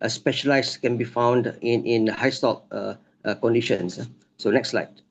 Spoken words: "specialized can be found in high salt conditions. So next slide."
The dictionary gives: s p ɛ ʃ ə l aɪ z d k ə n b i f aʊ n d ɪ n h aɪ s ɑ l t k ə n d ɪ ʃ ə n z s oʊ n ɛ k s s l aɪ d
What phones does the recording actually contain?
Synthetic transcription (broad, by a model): s p ɛ ʃ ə l aɪ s k ə n b i f aʊ n d ɪ n h aɪ s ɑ t k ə n d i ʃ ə n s s oʊ n ɛ k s s l aɪ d